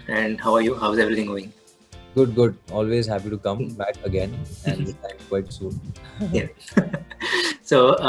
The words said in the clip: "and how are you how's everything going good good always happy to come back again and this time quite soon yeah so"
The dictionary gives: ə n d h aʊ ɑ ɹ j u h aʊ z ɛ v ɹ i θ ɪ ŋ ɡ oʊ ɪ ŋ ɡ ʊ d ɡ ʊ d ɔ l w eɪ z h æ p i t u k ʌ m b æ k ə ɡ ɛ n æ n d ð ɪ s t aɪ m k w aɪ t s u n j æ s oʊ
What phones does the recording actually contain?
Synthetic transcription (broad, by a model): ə n d h aʊ ɑ ɹ j u h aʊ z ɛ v ɹ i t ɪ ŋ ɡ oʊ ɪ ŋ ɡ ʊ d ɡ ʊ d ɔ l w eɪ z h æ p i t u k ʌ m b æ k ə ɡ ɛ n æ n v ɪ t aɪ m k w aɪ t s u n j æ s oʊ